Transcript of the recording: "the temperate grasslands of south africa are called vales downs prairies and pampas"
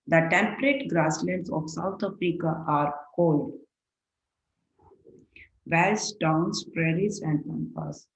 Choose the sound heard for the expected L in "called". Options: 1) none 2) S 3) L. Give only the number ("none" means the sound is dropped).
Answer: 3